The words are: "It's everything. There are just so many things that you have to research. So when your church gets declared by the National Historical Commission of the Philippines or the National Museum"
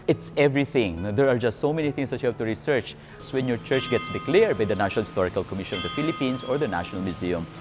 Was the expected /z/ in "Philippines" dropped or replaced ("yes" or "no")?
yes